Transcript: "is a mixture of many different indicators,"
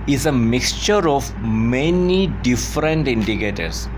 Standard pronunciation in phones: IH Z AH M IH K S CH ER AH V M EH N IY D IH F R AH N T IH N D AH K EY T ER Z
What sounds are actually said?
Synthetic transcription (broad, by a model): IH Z AH M IH K S CH ER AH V M EH N IY D IH F R AH N T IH N D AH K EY T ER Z